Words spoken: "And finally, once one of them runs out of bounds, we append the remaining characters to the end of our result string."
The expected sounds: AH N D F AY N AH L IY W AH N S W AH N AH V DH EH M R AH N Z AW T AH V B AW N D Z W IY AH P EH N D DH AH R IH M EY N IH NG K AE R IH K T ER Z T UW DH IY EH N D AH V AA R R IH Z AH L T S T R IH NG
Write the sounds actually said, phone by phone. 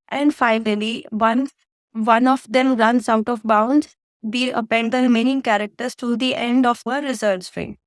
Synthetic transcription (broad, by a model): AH N D F AY N AH L IY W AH N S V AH N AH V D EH M R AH N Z AW T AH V B AW N D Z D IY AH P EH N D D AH R IH M EY N IH NG K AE R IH K T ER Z T UW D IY EH N D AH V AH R R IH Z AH T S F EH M